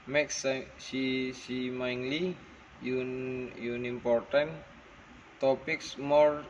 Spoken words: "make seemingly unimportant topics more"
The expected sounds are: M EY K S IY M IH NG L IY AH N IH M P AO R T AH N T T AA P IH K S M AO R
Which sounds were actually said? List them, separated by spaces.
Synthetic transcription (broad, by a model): M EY K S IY M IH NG L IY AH N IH M P AO R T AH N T T AA P IH K S M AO R